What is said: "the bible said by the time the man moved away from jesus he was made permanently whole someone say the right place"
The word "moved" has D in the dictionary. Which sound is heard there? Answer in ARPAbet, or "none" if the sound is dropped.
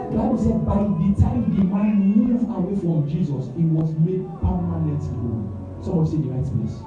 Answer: none